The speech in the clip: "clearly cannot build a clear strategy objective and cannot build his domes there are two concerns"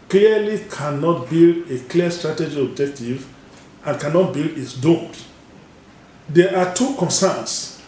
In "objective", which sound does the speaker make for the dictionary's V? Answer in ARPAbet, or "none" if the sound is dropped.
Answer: V